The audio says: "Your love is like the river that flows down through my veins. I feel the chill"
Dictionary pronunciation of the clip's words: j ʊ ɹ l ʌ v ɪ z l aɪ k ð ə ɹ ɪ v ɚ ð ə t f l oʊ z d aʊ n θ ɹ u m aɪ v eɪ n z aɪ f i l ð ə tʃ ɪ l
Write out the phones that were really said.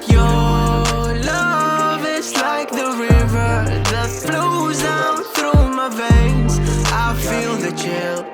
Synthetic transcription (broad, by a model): j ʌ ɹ l ʌ v ɪ z l aɪ k ð ə ɹ ɪ v ɚ ð ə t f l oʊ z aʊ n θ ɹ u m aɪ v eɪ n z aɪ f i l ð ə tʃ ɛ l